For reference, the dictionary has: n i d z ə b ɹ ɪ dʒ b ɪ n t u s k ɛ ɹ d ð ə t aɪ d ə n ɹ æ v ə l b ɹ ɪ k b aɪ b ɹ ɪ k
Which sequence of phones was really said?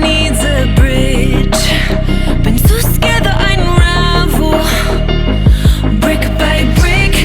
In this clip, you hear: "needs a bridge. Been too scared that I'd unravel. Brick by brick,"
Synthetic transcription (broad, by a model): n i d z ə b ɹ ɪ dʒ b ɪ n s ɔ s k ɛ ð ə t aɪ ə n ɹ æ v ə l b ɹ ɪ k b aɪ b ɹ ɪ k